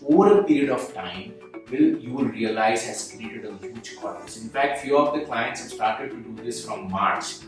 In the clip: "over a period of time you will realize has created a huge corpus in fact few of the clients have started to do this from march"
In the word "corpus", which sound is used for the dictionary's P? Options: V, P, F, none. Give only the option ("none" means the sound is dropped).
none